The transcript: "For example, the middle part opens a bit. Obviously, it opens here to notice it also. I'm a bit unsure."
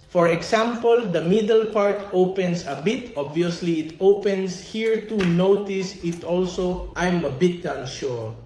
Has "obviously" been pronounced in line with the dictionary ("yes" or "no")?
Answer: yes